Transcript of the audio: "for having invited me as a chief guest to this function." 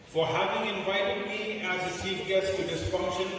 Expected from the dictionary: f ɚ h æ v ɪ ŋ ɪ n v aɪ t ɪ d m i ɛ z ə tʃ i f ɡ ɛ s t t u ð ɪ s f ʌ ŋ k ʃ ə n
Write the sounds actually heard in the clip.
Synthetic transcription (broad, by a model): f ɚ h æ v ɪ ŋ ɪ n v aɪ t ɪ d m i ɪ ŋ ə s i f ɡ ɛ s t t u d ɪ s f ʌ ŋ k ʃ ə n